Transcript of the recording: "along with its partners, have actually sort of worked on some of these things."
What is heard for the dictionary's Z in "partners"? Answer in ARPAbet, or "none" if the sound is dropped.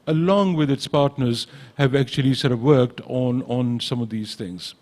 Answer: Z